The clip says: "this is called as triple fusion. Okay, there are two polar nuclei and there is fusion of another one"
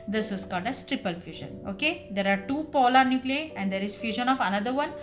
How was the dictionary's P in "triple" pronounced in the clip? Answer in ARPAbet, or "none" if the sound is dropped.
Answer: P